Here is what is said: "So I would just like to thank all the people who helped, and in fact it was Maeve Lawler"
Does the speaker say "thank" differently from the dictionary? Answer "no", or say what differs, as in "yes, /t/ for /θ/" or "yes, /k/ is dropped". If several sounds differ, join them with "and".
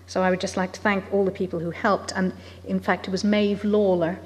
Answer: no